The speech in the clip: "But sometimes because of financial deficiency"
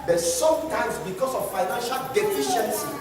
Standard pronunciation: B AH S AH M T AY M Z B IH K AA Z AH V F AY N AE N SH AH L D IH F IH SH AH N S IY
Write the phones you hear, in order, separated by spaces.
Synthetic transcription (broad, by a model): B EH S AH M T AY M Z B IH K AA S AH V F AY N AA N SH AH L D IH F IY SH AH N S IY